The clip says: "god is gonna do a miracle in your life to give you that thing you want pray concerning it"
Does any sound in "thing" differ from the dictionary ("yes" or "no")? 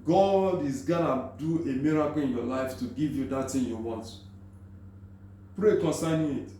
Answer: yes